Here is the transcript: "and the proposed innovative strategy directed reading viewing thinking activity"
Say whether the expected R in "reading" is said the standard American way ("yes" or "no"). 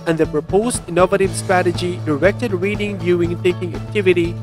yes